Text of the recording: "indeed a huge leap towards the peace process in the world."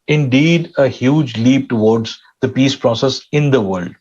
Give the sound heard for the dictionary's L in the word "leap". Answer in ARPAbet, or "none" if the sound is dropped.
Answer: L